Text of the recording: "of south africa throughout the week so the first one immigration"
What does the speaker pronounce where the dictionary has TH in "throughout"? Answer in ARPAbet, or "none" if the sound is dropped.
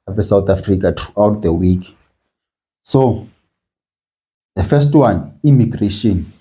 T